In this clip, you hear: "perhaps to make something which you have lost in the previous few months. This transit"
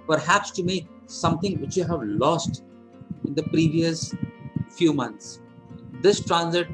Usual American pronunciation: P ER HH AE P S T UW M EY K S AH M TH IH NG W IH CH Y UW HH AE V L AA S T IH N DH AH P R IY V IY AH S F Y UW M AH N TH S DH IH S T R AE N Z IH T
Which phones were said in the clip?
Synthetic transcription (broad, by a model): P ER HH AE P S T UW M EY K S AH M T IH NG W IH CH Y UW HH AE V L AA S T IH N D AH P R IY V IY AH S F Y UW M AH N T S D IH S T R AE N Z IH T